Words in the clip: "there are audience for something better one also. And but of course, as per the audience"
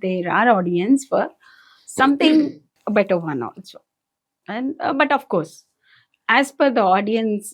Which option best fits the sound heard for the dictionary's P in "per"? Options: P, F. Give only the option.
F